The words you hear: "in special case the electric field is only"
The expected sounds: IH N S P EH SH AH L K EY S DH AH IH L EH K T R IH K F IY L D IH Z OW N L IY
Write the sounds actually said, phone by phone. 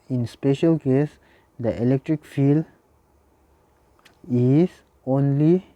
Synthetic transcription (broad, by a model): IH N S P EH SH AH L K EY S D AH IH L EH K T R IH K F IY L IH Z OW N L IY